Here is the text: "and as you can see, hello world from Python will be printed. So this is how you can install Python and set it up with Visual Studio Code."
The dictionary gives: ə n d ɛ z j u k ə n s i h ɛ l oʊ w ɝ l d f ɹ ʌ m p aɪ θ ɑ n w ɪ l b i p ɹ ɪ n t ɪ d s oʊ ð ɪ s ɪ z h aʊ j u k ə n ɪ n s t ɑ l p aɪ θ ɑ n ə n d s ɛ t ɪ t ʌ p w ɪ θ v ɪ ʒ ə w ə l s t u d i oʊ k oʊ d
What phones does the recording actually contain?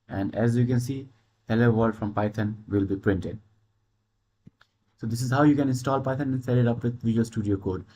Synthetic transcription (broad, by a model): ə n d ɛ z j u k ə n s i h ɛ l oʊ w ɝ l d f ɹ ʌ m p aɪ t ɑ n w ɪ l b i p ɹ ɪ n t ɪ d s oʊ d ɪ s ɪ z h aʊ j u k ə n ɪ n s t ɑ l p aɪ t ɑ n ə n s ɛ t ɪ t ʌ p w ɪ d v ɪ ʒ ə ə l s t u d i oʊ k oʊ d